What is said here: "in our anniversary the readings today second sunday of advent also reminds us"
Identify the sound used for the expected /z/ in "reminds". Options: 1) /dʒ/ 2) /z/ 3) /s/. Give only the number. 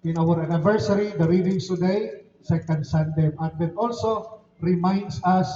3